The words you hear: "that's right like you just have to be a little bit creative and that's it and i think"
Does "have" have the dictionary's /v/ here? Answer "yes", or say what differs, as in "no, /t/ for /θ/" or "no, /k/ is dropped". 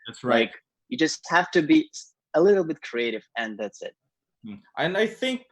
no, /f/ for /v/